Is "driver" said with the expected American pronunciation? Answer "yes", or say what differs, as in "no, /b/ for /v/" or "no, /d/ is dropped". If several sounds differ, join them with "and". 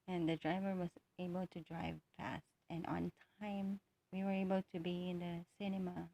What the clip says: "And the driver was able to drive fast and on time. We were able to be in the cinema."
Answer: yes